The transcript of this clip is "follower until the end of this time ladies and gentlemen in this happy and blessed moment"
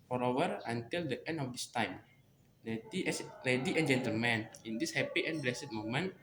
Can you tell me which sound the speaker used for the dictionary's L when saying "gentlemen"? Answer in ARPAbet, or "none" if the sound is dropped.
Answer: L